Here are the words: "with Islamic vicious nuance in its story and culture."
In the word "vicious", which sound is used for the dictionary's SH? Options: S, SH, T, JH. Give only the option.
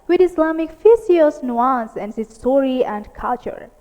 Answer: S